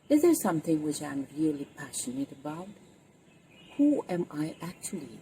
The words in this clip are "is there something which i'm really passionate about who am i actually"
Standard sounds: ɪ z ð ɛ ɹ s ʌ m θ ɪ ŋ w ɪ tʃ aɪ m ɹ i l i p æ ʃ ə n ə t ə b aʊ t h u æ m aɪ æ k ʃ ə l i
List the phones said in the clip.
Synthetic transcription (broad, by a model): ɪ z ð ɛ ɹ s ʌ m θ ɪ ŋ w ɪ tʃ aɪ m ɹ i l i p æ ʃ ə n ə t ə b aʊ t h u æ m aɪ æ k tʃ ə l i